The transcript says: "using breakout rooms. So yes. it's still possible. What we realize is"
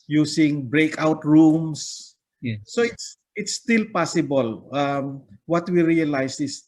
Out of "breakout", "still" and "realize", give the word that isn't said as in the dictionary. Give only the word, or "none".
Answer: realize